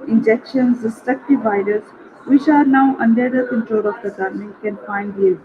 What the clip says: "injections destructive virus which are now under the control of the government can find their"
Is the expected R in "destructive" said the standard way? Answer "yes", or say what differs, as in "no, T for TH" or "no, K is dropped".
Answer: no, R is dropped